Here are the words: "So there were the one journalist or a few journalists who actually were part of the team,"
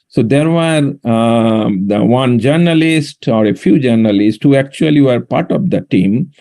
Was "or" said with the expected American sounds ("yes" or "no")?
yes